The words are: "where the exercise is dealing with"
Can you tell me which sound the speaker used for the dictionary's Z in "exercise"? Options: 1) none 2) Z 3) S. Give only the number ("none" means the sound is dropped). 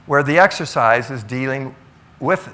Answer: 2